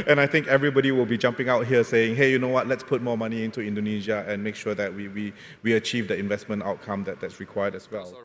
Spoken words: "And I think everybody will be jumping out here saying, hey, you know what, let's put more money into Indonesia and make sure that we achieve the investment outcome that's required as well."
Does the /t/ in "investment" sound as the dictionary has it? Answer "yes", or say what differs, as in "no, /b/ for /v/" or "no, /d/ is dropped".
yes